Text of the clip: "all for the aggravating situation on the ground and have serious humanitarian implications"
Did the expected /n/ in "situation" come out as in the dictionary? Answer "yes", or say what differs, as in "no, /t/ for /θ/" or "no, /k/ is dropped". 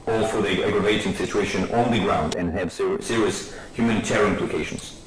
yes